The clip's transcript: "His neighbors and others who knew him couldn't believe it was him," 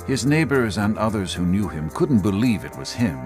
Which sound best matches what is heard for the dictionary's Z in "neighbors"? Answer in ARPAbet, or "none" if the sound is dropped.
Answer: Z